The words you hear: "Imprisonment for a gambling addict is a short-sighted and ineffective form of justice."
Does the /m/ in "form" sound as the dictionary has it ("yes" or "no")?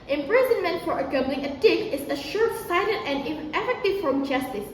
no